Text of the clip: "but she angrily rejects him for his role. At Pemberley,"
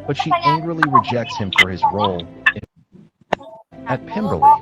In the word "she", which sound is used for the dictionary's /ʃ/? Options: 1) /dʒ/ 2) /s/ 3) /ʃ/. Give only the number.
3